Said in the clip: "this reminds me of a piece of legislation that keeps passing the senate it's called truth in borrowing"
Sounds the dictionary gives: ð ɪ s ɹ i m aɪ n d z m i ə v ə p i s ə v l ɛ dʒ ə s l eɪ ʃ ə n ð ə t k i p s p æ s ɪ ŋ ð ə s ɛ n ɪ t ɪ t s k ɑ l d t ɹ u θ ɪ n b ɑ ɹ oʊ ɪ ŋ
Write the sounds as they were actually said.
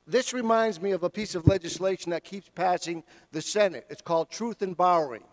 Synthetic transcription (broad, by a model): ð ɪ s ɹ i m aɪ n d z m i ə v ə p i s ə v l ɛ dʒ ə s l eɪ ʃ ə n ð ə t k i p s p æ s ɪ ŋ ð ə s ɛ n ɪ t ɪ t s k ɑ l d t ɹ u θ ɪ n b ɑ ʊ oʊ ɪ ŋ